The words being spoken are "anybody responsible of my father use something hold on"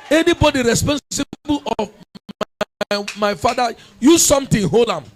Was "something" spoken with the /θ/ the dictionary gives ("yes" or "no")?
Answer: no